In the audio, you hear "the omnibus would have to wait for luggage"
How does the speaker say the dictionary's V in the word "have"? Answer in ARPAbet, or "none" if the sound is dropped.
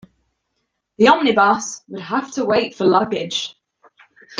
F